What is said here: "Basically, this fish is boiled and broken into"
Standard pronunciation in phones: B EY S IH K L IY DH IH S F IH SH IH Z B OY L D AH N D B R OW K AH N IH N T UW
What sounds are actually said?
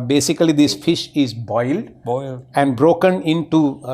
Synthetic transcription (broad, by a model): B EY S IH K L IY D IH S F IH SH IH Z B OY L D AH N D B R OW K AH N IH N T UW